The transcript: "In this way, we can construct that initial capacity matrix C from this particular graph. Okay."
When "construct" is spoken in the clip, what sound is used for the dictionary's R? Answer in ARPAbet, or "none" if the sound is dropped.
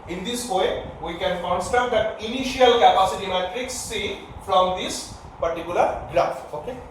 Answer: none